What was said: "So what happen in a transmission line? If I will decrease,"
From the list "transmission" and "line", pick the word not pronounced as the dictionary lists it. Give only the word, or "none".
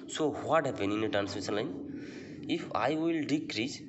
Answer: transmission